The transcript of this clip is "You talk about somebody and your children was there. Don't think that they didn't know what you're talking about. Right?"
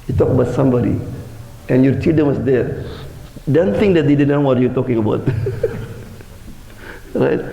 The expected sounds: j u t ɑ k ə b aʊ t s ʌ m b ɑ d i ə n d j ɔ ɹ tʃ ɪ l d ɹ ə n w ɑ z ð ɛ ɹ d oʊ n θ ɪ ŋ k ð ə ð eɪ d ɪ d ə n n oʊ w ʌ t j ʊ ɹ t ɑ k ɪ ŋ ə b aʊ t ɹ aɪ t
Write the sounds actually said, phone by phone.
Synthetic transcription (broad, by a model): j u t ɑ k ə b aʊ t s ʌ m b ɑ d i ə n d j ɔ ɹ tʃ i d ə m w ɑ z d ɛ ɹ d oʊ n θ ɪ ŋ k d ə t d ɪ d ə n n oʊ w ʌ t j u t ɑ k ɪ ŋ ə b aʊ t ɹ aɪ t